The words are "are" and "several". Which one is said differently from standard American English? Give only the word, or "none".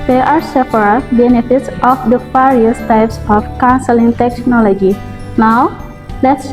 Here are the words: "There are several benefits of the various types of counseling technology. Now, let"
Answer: several